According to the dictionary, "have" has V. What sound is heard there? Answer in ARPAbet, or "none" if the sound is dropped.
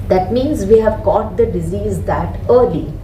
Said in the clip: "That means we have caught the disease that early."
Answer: V